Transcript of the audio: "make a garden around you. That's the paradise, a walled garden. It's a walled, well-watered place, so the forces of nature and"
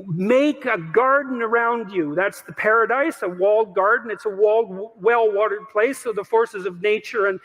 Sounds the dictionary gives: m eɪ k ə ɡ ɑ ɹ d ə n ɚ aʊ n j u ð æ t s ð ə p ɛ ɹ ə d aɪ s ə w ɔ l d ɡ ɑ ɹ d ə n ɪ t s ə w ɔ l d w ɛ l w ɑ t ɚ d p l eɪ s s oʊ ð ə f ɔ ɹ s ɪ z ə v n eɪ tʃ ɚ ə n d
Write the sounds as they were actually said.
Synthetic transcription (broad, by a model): m eɪ k ə ɡ ɑ ɹ d n ɚ aʊ n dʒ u ð æ t s ð ə p ɛ ɹ ə d aɪ s ə w ɔ l d ɡ ɑ ɹ d n ɪ t s ə w ɔ l d w ɛ l w ɑ t ɚ d p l eɪ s s oʊ ð ə f ɔ ɹ s ɪ z ə v n eɪ tʃ ɚ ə n